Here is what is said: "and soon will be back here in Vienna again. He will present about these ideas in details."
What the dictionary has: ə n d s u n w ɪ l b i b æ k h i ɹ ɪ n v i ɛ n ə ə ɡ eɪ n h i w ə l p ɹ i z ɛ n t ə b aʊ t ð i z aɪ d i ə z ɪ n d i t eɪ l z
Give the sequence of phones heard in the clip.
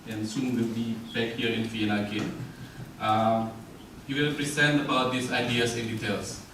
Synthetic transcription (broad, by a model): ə n s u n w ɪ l b i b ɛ k h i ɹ ɪ n f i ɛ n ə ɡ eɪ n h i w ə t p ɹ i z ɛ n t ə b aʊ t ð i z aɪ d i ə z ɪ n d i t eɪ l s